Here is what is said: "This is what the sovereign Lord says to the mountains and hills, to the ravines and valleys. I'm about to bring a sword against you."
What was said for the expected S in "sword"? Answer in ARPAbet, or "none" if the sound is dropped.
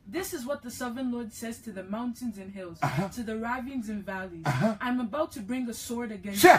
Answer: S